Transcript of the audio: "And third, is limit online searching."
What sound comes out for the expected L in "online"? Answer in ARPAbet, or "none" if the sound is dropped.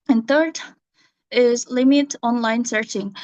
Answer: L